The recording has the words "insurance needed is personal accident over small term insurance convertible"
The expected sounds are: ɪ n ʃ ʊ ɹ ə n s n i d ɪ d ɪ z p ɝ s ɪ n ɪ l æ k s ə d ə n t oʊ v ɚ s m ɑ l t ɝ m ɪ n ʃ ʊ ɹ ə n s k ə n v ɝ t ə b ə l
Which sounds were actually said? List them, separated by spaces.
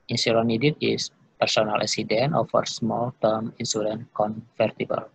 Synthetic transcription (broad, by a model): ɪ n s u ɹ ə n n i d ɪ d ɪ s p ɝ s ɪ n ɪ l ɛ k s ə d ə n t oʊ f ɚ s m ɑ l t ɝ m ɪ n s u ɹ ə n k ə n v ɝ t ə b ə l